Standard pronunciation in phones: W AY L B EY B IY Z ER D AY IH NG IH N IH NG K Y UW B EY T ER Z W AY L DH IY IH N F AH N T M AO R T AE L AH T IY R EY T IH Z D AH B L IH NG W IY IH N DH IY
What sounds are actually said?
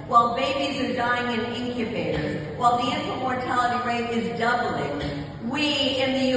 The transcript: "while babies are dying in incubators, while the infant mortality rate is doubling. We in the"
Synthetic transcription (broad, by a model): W AY L B EY B IY Z ER D AY IH NG IH N IH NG K Y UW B EY T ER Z W AY L DH IY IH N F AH M AO R T AE L AH T IY R EY T IH Z D AH B L IH NG W IY IH N DH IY